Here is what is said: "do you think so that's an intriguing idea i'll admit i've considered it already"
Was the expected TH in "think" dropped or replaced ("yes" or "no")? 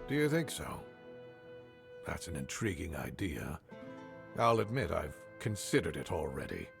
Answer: no